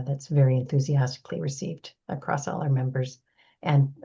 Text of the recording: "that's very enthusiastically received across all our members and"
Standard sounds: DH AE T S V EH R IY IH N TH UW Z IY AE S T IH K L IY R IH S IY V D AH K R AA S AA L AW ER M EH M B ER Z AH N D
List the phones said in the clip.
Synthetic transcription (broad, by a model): DH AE T S V EH R IY IH N TH UW Z IY AE S T IH K L IY R IH S IY V D AH K R AA S AA L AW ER M EH M B ER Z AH N